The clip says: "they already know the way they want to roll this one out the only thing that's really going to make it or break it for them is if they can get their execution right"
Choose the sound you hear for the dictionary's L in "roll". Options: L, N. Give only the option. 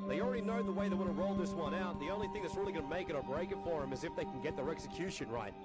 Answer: L